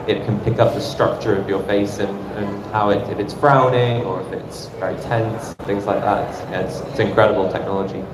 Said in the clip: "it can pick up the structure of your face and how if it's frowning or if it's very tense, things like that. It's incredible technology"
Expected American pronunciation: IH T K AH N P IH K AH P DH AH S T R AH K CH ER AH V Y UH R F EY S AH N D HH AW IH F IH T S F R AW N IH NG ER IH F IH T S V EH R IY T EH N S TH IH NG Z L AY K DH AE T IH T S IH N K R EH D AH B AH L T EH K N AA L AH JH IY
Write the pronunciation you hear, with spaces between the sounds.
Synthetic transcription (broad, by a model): IH T K AH N P IH K AH P DH AH S T R AH K CH ER AH V Y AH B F EY S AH N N HH AW IH F IH T S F R AW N IH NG ER IH F IH T S V EH R IY T EH N S TH IH NG Z L AY K DH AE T IH T S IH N K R EH D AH B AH L T EH K N AA L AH JH IY